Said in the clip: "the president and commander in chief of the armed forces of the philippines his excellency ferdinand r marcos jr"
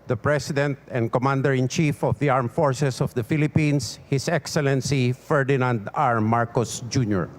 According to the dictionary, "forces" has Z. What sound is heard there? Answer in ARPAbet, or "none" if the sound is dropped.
S